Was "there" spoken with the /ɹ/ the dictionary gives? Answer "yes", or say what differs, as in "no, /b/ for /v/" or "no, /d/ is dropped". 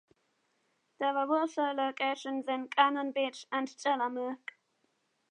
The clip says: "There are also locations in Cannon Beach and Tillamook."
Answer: no, /w/ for /ɹ/